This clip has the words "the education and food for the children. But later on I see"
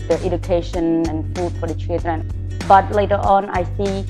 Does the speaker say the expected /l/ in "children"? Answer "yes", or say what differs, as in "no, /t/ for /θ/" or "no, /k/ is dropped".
no, /l/ is dropped